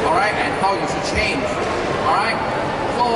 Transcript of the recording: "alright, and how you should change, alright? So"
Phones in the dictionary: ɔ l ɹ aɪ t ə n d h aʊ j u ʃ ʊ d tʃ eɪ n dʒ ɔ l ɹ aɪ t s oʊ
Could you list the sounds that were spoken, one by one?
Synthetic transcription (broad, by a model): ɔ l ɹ aɪ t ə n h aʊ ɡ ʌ s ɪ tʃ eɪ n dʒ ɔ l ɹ aɪ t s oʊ